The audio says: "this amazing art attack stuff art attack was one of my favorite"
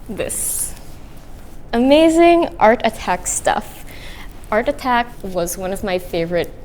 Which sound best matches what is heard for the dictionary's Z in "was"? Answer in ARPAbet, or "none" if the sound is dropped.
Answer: Z